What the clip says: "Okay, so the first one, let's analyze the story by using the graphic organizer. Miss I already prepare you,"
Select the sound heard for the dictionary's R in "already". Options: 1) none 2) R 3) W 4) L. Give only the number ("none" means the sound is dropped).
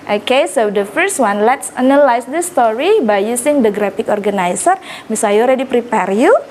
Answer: 2